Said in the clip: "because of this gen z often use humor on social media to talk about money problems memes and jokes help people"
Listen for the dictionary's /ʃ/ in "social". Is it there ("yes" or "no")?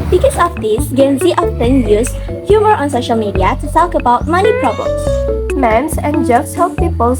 yes